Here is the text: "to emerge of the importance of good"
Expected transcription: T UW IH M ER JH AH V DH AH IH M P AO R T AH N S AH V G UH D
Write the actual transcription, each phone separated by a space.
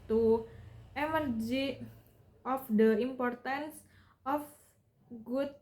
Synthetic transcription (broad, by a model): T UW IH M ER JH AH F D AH IH M P AO R T AH N S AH F G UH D